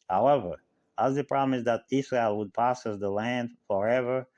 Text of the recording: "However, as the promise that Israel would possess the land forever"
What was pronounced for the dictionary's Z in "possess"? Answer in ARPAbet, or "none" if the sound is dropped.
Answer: S